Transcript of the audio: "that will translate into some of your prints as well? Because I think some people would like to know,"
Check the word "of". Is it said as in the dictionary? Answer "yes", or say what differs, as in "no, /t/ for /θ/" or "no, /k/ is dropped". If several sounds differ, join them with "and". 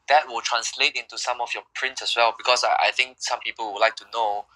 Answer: no, /f/ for /v/